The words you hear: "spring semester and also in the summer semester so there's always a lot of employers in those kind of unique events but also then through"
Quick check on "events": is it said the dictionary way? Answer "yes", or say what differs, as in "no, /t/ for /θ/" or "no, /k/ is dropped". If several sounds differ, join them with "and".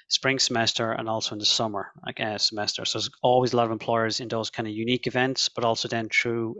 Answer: yes